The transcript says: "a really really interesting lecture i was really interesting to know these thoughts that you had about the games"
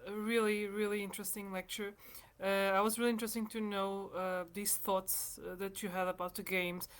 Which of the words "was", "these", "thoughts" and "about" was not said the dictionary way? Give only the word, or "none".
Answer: none